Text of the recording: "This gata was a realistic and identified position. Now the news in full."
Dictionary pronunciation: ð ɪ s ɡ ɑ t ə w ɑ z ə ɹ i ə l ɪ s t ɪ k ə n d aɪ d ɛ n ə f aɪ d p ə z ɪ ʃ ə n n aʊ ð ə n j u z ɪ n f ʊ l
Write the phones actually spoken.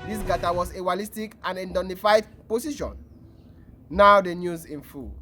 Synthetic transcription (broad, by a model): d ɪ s ɡ ɑ t ə w ɑ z ə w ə l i s t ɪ k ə n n d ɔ n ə f aɪ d p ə s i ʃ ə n n aʊ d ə n j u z ɪ n f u